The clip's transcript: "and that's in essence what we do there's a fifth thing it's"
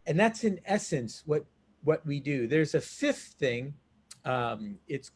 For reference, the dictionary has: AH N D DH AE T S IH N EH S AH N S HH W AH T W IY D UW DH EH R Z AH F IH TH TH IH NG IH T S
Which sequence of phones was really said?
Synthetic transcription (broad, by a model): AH N DH AE T S IH N EH S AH N S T W AH T W IY D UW DH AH R Z AH F IH F TH IH NG IH T S